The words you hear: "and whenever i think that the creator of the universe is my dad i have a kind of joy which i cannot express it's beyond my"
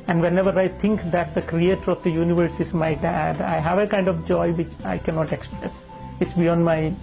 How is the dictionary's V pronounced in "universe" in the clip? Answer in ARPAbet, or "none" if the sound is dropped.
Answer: V